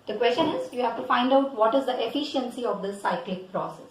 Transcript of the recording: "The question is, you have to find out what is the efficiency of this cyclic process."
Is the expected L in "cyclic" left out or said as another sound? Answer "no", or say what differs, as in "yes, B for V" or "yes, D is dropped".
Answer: no